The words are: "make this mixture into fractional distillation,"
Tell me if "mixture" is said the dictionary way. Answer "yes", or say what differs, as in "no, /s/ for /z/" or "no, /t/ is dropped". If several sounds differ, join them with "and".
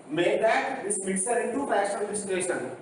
no, /tʃ/ is dropped